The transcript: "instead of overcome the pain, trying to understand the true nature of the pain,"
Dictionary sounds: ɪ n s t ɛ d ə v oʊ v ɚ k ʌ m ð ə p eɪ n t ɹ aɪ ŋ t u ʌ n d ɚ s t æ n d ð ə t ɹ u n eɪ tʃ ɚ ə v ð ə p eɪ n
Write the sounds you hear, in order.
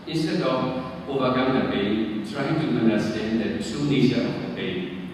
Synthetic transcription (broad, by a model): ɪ n s t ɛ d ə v oʊ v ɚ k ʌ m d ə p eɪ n t ɹ aɪ ŋ t u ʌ n d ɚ s t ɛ n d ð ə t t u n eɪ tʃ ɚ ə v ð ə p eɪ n